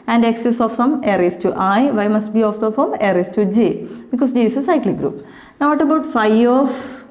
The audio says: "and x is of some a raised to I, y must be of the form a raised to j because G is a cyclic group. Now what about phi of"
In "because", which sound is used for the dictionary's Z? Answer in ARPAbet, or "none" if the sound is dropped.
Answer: S